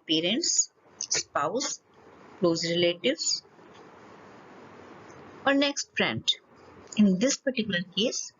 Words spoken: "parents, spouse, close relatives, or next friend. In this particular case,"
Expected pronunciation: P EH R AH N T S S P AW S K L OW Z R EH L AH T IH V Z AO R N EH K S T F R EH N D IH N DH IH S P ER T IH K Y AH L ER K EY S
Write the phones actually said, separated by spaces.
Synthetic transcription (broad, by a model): P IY R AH N T S S P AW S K L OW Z R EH L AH T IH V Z AO R N EH K S T P R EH N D IH N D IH S P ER T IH K Y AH L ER K EY S